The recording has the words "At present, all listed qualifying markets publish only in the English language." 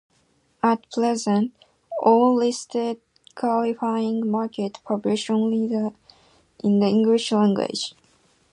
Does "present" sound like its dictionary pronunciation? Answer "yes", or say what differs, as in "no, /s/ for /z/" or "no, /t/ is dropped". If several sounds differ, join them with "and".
no, /l/ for /ɹ/